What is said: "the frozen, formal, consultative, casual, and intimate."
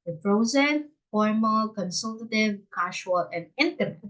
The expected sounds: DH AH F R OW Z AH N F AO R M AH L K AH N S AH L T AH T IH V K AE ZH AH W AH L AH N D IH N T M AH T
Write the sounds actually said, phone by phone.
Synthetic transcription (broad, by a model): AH P R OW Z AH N F AO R M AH L K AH N S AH L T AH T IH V K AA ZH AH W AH L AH N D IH N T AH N